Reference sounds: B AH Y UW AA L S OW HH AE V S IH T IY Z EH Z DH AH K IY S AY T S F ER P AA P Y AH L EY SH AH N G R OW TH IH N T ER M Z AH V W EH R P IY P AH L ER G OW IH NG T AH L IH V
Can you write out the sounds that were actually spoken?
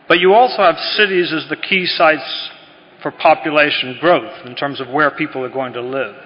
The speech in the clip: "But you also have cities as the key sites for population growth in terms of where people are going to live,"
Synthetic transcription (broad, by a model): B AH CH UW AA L S OW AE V S IH T IY Z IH Z DH AH K IY S AY T S F ER P AA P Y AH L EY SH AH N G R OW TH IH N T ER M Z AH V W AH R P IY P L ER G OW IH NG T AH L IH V